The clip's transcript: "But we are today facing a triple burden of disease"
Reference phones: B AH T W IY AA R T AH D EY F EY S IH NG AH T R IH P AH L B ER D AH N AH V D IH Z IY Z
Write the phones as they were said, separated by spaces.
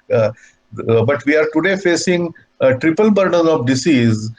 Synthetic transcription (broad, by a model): B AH T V IY AA R T AH D EY F EY S IH NG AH T R IH P AH L B ER D AH N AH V D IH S IY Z